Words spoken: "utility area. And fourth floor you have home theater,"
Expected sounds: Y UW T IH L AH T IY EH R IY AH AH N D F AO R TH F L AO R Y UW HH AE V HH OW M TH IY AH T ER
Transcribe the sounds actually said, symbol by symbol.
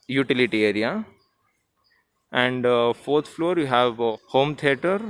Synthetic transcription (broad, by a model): Y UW T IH L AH T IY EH R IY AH AH N D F AO R T F L AO R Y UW HH AE V HH OW M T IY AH T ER